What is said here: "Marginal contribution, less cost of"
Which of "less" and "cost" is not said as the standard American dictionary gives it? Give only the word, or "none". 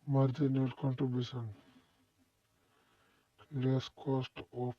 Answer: none